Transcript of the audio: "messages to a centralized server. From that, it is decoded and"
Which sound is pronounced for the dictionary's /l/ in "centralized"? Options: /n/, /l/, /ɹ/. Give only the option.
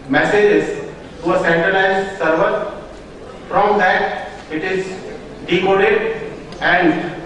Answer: /n/